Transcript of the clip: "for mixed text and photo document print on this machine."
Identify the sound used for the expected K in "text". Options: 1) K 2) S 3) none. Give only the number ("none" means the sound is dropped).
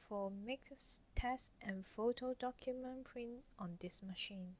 3